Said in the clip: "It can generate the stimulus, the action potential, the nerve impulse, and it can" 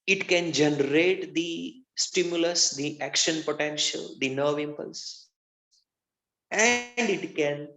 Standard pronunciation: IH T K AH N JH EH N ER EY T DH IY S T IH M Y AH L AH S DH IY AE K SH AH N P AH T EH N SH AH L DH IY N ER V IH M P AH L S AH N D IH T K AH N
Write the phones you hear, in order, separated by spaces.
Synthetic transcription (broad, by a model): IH T K AH N JH EH N ER EY T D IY S T IH M Y AH L AH S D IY AE K SH AH N P AH T EH N SH AH L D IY N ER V IH M P AH L S AH N D IH T K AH N